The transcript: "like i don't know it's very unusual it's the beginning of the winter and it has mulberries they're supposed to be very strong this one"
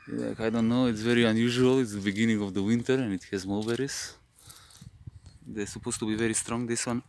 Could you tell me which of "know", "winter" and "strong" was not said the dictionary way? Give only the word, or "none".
none